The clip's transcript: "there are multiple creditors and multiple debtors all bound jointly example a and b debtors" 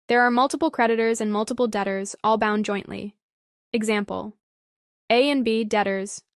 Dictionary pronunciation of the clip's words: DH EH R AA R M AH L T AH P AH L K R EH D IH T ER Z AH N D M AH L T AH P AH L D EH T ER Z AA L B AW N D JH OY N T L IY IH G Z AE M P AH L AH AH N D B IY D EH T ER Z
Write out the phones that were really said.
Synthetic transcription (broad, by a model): DH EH R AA R M AH L T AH P L K R EH D IH T ER Z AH N M AH L T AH P L D EH T ER Z AA L B AW N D JH OY N T L IY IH G Z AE M P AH L AH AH N B IY D EH T ER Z